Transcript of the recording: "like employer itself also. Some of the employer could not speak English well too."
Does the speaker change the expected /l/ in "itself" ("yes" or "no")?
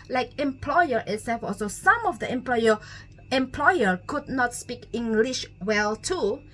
yes